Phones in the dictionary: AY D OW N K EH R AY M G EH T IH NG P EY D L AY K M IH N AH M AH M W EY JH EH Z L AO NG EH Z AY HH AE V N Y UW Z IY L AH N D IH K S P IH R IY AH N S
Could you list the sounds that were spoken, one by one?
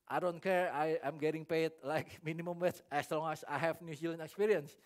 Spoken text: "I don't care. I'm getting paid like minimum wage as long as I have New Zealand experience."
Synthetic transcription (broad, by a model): AY D OW N K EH R AY M G EH T IH NG P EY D L AY K M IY N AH M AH M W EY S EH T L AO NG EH S AY HH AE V N Y UW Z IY L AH N IH K S P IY R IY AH N S